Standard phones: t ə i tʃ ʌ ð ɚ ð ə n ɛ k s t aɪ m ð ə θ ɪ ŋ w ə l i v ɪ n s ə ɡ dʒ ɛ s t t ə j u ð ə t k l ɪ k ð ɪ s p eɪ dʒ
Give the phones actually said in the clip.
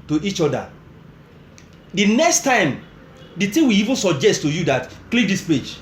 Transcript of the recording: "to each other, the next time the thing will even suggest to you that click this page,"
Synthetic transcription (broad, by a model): t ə i tʃ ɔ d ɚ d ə n ɛ k s t aɪ m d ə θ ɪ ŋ w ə i v ɪ n s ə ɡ dʒ ɛ s t t ə j u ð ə t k l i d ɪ s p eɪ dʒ